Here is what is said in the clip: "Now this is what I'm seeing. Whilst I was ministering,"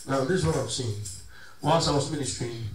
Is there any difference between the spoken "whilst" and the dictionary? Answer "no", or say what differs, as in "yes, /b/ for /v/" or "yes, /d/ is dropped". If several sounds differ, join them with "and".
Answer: yes, /n/ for /l/ and /t/ is dropped